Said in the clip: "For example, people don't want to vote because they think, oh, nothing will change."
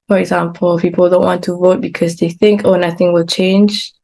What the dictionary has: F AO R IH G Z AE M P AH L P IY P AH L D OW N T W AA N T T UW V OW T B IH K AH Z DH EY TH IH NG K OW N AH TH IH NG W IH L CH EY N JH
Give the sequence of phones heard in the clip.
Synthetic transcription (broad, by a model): F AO R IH G Z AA M P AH L P IY P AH L D OW N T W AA N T T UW V OW T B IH K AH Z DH EY TH IH NG K OW N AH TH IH NG W IH L CH EY N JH